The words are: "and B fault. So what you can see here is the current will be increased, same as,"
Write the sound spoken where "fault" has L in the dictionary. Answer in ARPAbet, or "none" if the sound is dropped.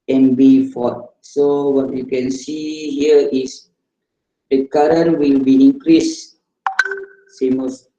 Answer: none